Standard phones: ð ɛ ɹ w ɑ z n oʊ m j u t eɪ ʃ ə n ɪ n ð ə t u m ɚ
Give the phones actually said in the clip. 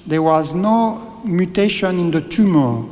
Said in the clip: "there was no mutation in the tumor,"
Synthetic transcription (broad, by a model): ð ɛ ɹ w ɑ z n oʊ m j u t eɪ ʃ ə n ɪ n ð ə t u m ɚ